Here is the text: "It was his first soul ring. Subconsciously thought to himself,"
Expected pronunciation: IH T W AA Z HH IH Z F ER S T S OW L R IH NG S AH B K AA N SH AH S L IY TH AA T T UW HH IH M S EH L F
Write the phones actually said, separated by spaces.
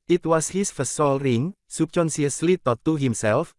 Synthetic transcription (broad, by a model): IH T W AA S HH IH S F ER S S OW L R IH NG S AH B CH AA N S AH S L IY T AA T T UW HH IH M S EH L F